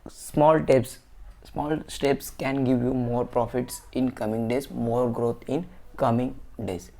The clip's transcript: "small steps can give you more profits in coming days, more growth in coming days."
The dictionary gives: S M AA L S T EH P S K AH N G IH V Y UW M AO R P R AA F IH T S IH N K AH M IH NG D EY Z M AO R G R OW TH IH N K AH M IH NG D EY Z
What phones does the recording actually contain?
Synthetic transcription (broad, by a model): S M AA L S T EH P S K AH N G IH V Y UW M AO R P R AA F IH T S IH N K AH M IH NG D EY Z M AO R G R OW T IH N K AH M IH NG D EY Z